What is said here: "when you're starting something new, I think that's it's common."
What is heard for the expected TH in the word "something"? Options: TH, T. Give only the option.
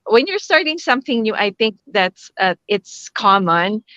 TH